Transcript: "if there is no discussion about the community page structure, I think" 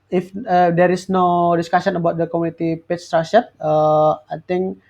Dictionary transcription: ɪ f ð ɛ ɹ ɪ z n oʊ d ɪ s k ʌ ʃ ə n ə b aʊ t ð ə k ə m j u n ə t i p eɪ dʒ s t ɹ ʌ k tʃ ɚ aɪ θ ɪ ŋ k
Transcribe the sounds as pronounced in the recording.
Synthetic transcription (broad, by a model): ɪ f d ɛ ɹ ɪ s n oʊ d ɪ s k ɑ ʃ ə n ə b aʊ t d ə k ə m u n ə t i p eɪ tʃ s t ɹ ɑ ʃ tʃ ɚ aɪ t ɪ ŋ k